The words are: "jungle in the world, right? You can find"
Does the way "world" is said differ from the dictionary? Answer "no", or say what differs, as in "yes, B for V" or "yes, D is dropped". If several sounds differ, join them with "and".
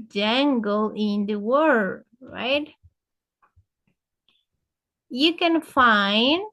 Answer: yes, L is dropped